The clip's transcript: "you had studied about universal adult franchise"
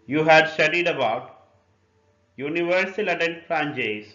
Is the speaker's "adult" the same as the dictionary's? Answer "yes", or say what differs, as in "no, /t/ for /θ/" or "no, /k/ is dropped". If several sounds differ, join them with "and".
no, /n/ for /l/